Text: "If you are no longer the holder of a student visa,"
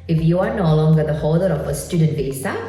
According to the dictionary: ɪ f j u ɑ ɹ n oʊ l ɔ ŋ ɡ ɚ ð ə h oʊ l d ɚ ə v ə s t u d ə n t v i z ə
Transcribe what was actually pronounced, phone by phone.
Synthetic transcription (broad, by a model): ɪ f j u ɑ ɹ n oʊ l ɔ ŋ ɡ ɚ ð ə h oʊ d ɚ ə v ə s t u d ə n t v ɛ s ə